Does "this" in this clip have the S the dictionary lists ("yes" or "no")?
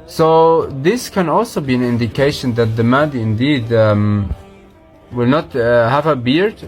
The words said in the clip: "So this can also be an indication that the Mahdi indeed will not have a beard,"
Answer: yes